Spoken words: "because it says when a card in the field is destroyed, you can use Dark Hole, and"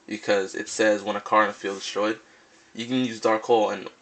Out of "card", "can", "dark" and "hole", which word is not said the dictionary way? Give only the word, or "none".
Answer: card